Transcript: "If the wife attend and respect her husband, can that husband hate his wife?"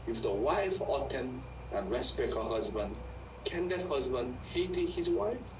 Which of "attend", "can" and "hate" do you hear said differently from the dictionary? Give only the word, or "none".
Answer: attend